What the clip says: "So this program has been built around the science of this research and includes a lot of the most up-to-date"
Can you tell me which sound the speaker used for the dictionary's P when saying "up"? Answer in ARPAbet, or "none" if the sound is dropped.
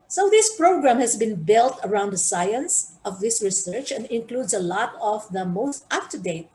F